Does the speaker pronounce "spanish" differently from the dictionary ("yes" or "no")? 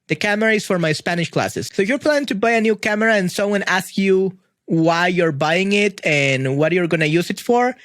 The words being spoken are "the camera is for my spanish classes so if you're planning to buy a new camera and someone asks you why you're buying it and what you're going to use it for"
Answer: no